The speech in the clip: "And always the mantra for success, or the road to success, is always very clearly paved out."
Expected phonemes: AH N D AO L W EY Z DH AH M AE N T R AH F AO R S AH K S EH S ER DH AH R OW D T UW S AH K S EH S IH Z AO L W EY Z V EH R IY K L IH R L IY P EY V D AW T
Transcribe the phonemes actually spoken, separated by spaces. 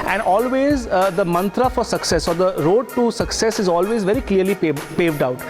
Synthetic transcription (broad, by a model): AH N D AO L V EY Z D AH M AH N T R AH F AO R S AH K S EH S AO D AH R OW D T UW S AH K S EH S IH Z AO L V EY Z V EH R IY K L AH R L IY P EY V D AW T